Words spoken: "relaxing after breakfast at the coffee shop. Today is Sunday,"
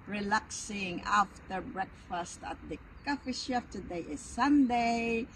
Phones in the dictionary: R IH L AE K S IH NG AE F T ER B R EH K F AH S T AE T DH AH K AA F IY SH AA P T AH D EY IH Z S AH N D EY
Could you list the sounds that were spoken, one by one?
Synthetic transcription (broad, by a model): R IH L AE K S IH NG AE F T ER B R EH K F AH S T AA T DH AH K AA F IY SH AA F T AH D EY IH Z S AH N D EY